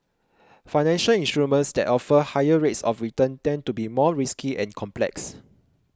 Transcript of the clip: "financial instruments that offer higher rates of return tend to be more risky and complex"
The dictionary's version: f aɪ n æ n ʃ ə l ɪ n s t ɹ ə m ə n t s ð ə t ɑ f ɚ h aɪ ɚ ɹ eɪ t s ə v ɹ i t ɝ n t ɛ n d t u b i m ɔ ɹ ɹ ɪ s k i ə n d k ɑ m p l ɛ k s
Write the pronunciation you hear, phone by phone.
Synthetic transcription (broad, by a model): f aɪ n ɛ n ʃ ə l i n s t ɹ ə m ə n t s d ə t ɑ f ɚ h aɪ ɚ ɹ eɪ t s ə f ɹ i t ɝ n t ɛ n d t u b i m ɔ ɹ ɹ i s k i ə n k ɑ m p l ɛ k s